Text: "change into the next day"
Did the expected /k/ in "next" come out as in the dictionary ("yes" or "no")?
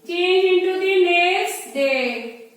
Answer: no